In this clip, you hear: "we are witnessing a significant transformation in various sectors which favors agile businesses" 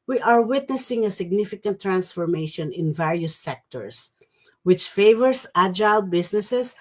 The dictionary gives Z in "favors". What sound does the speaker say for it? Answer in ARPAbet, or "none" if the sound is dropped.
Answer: S